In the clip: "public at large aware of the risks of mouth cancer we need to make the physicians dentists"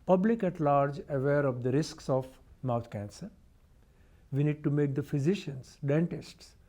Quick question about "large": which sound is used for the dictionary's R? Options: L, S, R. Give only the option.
R